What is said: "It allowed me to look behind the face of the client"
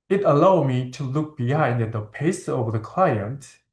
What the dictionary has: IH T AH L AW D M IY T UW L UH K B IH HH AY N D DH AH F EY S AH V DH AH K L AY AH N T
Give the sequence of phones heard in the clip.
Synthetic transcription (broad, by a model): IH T AH L AW D M IY T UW L UH K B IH HH AY N D DH AH P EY S AH V DH AH K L AY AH N T